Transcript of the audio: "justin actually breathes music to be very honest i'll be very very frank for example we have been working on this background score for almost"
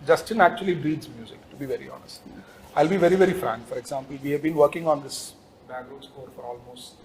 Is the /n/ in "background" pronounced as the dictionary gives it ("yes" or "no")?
no